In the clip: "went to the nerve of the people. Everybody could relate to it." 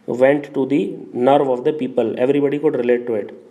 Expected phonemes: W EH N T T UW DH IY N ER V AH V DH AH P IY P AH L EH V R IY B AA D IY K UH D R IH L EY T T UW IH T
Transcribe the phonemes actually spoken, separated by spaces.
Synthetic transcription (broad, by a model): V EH N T T UW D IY N ER V AH V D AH P IY P AH L EH V R IY B AA D IY K UH D R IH L EY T T UW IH T